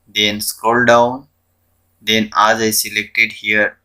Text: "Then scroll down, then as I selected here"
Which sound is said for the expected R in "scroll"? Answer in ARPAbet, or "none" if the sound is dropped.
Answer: none